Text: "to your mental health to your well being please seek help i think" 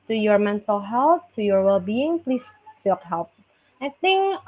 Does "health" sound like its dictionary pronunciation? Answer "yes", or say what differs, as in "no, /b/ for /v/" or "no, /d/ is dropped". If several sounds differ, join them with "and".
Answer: no, /t/ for /θ/